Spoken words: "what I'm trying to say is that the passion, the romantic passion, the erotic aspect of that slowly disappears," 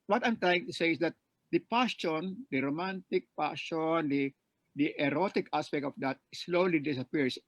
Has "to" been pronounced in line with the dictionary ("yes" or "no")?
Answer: yes